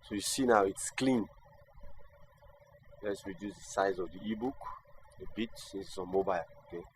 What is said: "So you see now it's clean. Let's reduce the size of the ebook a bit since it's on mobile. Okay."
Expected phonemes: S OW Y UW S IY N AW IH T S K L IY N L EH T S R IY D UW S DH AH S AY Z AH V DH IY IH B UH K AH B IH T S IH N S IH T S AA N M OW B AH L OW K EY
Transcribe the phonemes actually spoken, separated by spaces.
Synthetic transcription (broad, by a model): S OW Y UW S IY N AW IH T S K L IY N L EH T S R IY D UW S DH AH S AY Z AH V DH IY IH B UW K AH B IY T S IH S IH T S AA N M OW B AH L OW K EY